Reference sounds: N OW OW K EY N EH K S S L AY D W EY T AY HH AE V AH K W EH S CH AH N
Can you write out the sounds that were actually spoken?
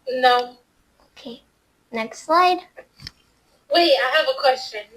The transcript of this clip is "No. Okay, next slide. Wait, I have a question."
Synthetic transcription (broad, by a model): N OW OW K EY N EH K S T L AY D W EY AY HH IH V AH K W EH S CH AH N